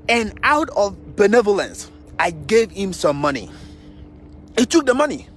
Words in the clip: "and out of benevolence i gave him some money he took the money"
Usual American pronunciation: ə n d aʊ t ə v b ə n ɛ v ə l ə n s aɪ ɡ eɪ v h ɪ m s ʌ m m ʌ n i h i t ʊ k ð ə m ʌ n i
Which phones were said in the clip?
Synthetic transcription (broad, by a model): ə n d aʊ t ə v b ə n ɛ v ə l ə n s aɪ ɡ eɪ v h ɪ m s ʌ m m ʌ n i h i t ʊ k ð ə m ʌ n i